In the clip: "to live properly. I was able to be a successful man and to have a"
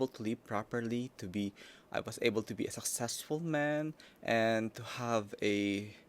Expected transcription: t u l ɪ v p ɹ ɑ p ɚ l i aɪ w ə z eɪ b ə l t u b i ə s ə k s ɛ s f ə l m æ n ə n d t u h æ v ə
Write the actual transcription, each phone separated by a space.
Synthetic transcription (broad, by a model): t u l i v p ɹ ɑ p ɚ l i aɪ w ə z eɪ b ə l t u b i ə s ə k s ɛ s f ə l m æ n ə n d t u h æ v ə